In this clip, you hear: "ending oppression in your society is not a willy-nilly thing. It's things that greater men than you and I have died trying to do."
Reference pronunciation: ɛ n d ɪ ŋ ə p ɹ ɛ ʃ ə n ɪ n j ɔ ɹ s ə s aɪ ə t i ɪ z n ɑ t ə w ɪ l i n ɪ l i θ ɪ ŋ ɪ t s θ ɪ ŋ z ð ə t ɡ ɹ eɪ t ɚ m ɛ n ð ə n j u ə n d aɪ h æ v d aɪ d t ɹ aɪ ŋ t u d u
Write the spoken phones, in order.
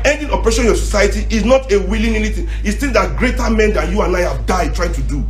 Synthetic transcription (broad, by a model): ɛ n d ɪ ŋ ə p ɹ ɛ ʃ ɪ n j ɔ s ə s aɪ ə t i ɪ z n ɑ t ə w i l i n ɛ n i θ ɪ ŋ ɪ t s t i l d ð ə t ɡ ɹ eɪ t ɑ m ɛ n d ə n j u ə n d aɪ h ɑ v d aɪ d t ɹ aɪ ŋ t u d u